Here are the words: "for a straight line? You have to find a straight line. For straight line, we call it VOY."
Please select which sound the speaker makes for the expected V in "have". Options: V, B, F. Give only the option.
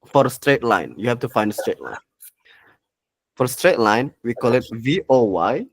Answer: F